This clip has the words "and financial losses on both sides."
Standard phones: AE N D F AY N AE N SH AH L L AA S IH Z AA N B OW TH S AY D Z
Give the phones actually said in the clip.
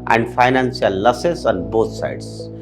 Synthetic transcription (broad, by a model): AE N D F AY N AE N S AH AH L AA S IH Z AA N B OW T S AY D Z